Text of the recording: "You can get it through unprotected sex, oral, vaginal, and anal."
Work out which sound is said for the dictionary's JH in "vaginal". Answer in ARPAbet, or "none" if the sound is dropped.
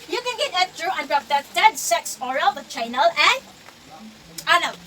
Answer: CH